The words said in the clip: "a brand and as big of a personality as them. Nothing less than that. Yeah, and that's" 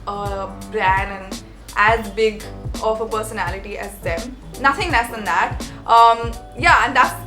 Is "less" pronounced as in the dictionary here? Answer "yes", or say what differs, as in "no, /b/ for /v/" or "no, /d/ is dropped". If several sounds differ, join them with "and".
no, /n/ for /l/